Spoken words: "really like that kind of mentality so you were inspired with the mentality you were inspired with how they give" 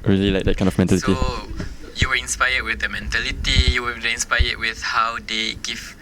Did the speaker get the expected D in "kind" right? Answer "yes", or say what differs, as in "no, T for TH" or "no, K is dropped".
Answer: no, D is dropped